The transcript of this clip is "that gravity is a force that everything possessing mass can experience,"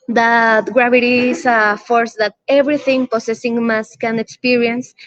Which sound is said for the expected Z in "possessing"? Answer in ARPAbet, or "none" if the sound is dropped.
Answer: S